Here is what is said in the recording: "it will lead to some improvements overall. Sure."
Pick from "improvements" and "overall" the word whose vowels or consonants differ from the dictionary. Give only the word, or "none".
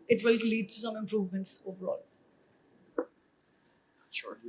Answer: none